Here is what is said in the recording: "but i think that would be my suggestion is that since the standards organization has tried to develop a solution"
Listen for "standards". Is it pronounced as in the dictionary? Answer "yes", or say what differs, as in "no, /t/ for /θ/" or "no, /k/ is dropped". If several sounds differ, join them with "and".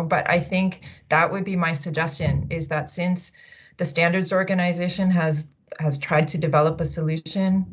yes